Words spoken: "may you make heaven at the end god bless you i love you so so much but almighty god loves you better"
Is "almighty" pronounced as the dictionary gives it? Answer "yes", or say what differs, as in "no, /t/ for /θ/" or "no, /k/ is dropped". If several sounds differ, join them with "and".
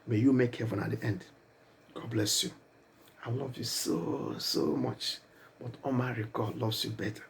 no, /l/ is dropped